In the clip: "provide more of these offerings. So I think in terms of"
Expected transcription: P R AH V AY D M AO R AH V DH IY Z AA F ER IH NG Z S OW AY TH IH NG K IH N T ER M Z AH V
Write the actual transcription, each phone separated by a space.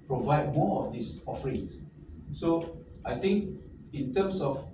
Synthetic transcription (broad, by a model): P R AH V AY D M AO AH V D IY S AA F ER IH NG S S OW AY T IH NG K IH N T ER M S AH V